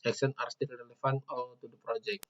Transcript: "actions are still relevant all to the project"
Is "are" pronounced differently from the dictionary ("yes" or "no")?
no